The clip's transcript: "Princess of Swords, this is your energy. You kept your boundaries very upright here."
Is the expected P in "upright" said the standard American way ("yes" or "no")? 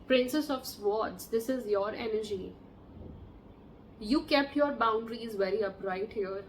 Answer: yes